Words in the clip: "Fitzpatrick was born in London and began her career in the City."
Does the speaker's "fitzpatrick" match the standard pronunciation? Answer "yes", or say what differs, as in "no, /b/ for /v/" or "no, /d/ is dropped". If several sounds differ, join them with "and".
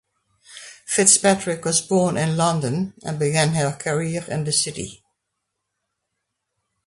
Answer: yes